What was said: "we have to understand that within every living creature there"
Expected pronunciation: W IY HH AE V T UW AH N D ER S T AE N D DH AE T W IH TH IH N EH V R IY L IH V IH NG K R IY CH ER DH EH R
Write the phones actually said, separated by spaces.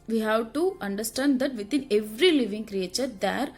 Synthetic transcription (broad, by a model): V IY HH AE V T UW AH N D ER S T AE N D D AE T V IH T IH N EH V R IY L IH V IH NG K R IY CH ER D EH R